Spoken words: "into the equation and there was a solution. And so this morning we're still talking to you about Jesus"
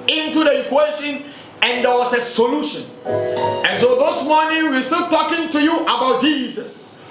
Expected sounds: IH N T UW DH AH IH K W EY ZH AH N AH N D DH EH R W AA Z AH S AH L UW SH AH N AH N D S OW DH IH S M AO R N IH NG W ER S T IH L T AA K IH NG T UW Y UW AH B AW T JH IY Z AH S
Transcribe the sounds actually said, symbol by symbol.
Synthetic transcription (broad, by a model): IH N T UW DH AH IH K W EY SH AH N AH N D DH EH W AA S AH S AH L UW SH AH N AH N S OW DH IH S M AO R N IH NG W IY S T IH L T AA K IH NG T UW Y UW AH B AW T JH IY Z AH S